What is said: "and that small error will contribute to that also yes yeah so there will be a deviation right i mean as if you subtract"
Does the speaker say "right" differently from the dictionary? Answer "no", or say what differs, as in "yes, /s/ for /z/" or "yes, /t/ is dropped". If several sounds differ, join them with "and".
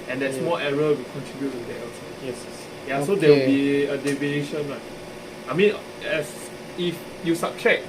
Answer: yes, /l/ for /ɹ/